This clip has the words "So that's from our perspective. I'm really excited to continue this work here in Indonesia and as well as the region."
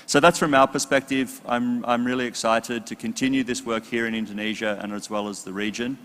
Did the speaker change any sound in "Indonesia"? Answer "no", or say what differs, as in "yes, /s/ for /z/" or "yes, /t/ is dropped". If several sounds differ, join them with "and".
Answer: no